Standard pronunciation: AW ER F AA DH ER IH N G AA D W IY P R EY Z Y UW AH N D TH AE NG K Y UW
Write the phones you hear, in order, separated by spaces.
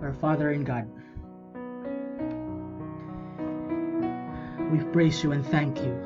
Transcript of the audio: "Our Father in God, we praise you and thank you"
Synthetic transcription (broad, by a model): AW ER F AA DH ER IH N G AA D W IY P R EY S Y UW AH N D TH AE NG K Y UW